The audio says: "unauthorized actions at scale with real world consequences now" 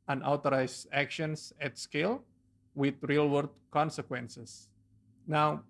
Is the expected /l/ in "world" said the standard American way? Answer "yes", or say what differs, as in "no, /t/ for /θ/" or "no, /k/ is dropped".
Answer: no, /l/ is dropped